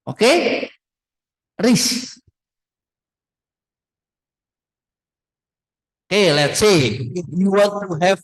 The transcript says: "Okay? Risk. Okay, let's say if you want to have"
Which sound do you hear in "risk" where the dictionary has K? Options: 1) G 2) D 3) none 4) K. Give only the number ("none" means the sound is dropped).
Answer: 3